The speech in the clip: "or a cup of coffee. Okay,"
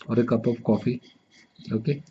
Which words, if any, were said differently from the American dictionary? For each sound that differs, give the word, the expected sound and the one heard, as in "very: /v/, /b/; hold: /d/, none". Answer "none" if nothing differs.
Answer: of: /v/, /p/